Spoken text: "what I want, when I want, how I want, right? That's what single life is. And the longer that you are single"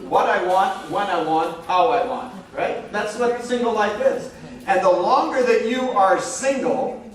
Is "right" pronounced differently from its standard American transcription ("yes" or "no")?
no